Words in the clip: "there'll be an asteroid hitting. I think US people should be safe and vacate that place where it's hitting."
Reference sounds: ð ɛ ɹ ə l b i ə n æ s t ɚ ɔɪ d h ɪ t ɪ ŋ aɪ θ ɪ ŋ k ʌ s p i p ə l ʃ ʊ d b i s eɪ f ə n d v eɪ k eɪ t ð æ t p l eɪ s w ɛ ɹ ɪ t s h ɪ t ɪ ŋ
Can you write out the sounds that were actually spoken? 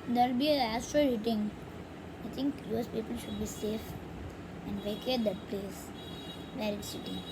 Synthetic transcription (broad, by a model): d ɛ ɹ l b i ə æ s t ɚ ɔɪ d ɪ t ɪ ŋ aɪ t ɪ ŋ k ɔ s p i p ə l ʃ ʊ d b i s eɪ f ə n d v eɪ k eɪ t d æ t p l eɪ s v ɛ ɹ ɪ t s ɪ t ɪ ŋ